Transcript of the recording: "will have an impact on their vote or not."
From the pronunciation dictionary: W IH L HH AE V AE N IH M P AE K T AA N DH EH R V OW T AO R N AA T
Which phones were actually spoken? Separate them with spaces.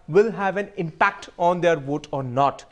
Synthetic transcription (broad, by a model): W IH L HH AE V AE N IH M P AE K T AA N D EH R V OW T AO R N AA T